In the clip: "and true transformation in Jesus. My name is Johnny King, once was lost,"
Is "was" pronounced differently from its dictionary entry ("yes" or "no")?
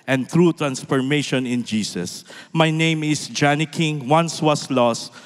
yes